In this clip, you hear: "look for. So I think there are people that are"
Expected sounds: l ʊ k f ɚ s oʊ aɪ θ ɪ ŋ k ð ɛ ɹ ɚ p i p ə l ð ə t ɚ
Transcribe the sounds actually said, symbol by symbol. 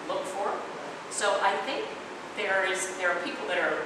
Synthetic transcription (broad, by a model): l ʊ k f ɚ s oʊ aɪ θ ɪ ŋ k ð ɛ ɹ ɚ p i p l ð ə t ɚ